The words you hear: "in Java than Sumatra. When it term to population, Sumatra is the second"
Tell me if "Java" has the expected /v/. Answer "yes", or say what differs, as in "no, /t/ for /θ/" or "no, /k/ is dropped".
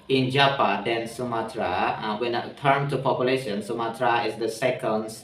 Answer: no, /p/ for /v/